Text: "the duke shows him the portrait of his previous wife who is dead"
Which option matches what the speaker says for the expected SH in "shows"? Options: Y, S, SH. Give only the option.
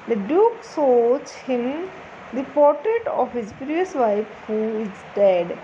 S